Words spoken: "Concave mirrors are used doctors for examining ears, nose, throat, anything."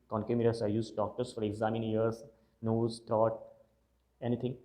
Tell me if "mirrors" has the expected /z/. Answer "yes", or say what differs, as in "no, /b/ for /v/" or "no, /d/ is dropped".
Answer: no, /s/ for /z/